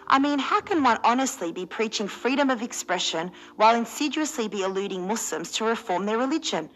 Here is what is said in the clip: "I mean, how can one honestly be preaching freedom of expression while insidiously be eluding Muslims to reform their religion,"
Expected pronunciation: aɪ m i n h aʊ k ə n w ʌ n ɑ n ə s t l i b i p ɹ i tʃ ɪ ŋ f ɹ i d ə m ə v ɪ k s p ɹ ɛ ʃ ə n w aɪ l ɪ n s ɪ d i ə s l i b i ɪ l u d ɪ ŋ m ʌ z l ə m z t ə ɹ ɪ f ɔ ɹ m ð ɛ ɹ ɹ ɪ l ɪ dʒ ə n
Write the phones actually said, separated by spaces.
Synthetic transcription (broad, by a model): aɪ m i n h aʊ k ə n w ʌ n ɑ n ə s t l i b i p ɹ i tʃ ɪ ŋ f ɹ i d ə m ə v ɪ k s p ɹ ɛ ʃ ə n w aɪ l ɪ n s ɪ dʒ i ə s l i b i ɪ l u d ɪ ŋ m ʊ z l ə m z t ə ɹ ɪ f ɔ ɹ m ð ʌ ɹ ɹ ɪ l ɪ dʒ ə n